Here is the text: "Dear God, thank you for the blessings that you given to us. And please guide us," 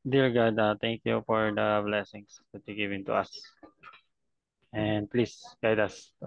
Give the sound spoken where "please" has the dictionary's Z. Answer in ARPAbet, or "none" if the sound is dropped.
S